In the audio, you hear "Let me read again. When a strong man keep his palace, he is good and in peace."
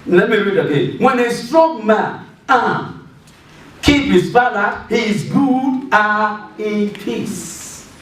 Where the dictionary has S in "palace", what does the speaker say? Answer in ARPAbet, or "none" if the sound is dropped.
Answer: none